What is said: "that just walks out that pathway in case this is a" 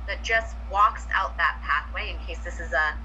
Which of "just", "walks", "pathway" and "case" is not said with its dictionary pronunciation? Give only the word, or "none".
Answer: none